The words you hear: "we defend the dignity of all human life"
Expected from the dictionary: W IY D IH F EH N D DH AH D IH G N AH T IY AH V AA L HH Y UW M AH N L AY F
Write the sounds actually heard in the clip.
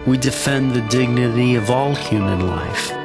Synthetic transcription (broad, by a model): W IY D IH F EH N DH AH D IH G N AH T IY AH V AA L HH Y UW M AH N L AY F